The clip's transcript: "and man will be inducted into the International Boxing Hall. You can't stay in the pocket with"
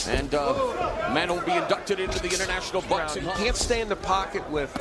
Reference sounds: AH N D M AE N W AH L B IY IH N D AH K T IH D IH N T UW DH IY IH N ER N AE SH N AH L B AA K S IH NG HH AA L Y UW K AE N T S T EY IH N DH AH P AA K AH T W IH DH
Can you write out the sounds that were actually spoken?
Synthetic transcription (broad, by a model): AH N M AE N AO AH N B IY IH N D AH K T IH D IH N T UW DH IY IH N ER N AE SH N L B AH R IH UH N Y K AE N T S T EY IH N DH AH P AA K AH T W IH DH